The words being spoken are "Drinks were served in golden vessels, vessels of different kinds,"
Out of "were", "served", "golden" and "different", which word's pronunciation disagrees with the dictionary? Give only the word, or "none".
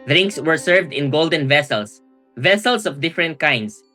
none